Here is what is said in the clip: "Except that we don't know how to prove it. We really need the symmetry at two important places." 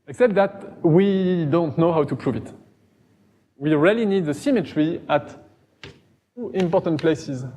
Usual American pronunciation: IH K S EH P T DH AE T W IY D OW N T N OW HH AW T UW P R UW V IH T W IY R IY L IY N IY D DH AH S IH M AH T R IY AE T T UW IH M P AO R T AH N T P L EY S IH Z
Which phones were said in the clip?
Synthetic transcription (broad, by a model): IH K S EH P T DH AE T W IY D OW N T N OW HH AW T UW P R UW V IH T W IY R IY L IY N IY D DH AH S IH M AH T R IY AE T T UW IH M P AO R T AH N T P L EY S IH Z